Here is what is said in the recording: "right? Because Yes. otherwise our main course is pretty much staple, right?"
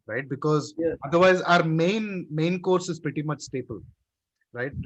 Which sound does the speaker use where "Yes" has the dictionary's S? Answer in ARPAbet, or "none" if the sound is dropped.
none